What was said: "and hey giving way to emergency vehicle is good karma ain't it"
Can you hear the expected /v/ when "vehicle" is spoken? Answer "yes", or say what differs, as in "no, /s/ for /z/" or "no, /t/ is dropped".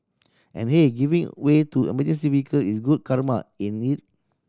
no, /w/ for /v/